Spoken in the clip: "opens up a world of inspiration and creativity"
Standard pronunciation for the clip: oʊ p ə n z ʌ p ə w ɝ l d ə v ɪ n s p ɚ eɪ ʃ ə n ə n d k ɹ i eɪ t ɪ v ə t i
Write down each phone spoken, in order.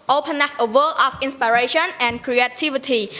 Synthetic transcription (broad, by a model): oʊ p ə n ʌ f ə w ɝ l ə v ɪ n s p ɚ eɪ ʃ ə n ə n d k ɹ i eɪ t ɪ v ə t i